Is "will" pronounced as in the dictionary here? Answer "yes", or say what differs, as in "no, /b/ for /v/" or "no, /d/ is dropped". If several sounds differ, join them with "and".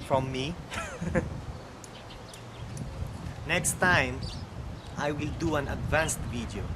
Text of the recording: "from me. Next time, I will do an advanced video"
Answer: yes